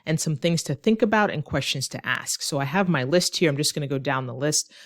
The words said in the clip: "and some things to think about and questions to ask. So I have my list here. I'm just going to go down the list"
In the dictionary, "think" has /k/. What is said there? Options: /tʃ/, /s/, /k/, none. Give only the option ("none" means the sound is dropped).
/k/